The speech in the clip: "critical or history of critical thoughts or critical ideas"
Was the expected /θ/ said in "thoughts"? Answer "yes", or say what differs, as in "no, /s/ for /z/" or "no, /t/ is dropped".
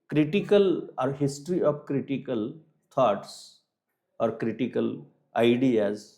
no, /t/ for /θ/